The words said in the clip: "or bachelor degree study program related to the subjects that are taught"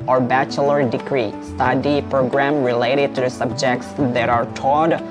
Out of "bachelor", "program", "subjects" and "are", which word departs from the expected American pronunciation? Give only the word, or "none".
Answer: none